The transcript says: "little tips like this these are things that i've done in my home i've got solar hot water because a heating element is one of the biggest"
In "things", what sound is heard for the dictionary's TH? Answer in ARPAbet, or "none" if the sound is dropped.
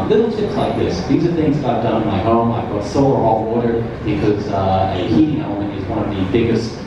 TH